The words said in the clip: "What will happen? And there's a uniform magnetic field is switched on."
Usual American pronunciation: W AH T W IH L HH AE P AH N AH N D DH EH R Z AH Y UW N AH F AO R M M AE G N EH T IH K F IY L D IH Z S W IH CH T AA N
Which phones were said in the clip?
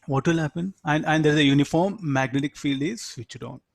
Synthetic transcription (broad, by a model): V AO T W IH L HH AE P AH N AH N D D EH R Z AH Y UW N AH F AO R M M AE G N EH T IH K F IY L D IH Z S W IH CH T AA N